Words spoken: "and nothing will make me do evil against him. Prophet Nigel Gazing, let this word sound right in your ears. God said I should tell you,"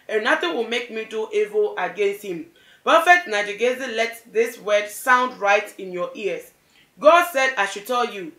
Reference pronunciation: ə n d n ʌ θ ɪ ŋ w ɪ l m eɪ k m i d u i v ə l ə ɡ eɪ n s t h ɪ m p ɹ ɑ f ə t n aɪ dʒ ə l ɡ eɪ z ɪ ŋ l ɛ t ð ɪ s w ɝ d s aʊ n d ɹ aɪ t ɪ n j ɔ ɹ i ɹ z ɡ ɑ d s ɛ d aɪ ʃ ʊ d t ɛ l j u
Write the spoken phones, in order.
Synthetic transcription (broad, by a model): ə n n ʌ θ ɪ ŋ w ɪ l m eɪ k m i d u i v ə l ə ɡ eɪ n s t h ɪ m p ɑ f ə t n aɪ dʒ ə ɡ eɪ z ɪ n l ɛ t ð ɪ s w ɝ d s aʊ n d ɹ aɪ t ɪ n j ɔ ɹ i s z ɡ ɑ d s ɛ d aɪ ʃ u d t ɛ l j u